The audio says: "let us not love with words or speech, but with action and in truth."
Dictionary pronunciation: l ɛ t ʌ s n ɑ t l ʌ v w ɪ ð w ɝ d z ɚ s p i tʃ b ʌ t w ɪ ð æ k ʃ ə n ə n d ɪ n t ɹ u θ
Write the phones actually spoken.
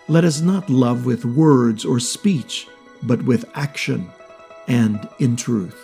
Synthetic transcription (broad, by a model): l ɛ t ʌ s n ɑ t l ʌ v w ɪ ð w ɝ d z ɚ s p i tʃ b ʌ t w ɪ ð æ k ʃ ə n ə n d ɪ n t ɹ u θ